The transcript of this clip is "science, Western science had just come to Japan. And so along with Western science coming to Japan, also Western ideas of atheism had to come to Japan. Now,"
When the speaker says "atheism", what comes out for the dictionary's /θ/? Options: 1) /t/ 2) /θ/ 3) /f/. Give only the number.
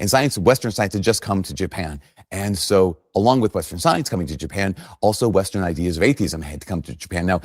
2